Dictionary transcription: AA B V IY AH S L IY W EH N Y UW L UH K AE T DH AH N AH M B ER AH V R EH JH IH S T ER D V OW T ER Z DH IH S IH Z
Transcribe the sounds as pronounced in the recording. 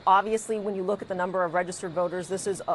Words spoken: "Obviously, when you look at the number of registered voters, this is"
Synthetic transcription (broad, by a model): AA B V IY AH S L IY W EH N Y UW L UH K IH T DH AH N AH M B ER AH V R EH JH IH S T ER D V OW T ER Z DH IH S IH Z